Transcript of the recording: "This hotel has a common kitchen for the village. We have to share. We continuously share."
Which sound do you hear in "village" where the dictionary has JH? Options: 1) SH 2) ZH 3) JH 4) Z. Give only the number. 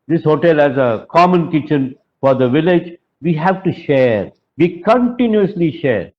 3